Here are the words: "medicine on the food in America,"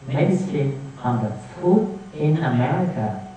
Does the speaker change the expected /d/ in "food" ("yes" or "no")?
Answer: yes